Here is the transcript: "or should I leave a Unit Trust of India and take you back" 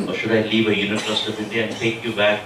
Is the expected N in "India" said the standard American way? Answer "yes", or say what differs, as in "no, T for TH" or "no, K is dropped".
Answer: no, N is dropped